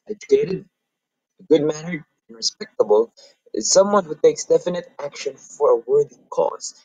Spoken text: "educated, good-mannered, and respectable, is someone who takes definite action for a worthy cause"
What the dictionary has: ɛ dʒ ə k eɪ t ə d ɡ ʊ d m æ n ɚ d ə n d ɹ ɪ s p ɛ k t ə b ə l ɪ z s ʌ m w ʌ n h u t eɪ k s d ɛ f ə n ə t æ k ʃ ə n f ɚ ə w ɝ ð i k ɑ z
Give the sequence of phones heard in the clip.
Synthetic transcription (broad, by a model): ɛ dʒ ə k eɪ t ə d ɡ ʊ d m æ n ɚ ə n ɹ ɪ s p ɛ k t ə b ə l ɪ s ʌ m w ʌ n h u t eɪ k s d ɛ f ə n ə t æ k ʃ ə n f ɚ ə w ɝ ð i k ɑ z